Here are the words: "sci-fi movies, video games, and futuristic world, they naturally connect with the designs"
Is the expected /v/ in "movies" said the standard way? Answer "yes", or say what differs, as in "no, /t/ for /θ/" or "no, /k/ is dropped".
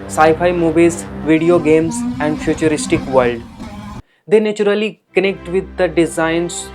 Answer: no, /b/ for /v/